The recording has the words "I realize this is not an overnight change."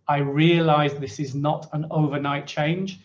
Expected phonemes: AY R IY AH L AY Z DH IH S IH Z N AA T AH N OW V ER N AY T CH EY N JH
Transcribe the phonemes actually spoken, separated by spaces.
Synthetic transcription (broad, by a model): AY R IY AH L AY Z DH IH S IH Z N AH T AH N OW V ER N AY T CH EY N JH